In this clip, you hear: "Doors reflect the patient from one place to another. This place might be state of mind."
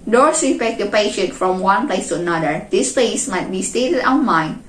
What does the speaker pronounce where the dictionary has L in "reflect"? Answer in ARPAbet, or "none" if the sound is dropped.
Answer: none